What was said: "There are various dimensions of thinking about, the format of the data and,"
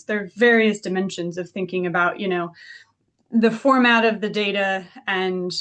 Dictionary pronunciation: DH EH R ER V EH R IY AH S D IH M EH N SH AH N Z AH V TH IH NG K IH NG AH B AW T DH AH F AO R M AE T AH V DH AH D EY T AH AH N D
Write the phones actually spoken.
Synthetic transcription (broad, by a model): DH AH R V EH R IY AH S D IH M EH N SH AH N Z AH V TH IH NG K IH NG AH B AW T DH AH F AO R M AE T AH V DH AH D EY T AH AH N